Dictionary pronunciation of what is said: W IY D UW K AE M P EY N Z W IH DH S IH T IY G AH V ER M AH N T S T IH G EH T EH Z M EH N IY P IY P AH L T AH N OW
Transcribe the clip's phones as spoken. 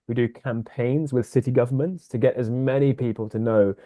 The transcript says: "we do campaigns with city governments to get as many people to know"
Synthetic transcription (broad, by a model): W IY D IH K AE M P EY N Z W IH DH S IH T IY G AH V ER M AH N T S T IH G EH T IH Z M EH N IY P IY P AH L T AH N OW